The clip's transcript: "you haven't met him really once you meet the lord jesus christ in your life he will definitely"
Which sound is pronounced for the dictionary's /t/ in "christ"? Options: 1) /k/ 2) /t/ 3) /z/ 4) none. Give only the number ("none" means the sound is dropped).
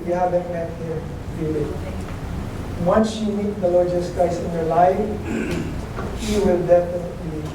4